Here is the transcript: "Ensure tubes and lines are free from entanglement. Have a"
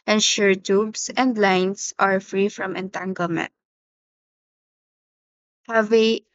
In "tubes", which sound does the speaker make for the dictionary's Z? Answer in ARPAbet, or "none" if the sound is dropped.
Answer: S